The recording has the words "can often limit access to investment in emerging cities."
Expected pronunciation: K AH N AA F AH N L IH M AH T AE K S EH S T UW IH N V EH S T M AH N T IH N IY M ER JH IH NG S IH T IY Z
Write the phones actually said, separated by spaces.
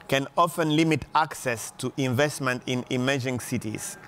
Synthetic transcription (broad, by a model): K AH N AA F AH N L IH M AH T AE K S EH S T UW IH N V EH S T M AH N T IH N IY M ER JH IH NG S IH T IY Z